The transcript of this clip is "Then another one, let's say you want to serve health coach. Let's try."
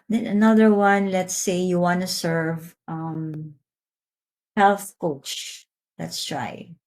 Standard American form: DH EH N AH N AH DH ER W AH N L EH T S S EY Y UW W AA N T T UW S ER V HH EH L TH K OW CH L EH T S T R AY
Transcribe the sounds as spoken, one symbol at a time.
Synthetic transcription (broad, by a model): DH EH N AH N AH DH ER W AH N L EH T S S EY Y UW W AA N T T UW S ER V HH EH L TH K OW CH L EH T S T R AY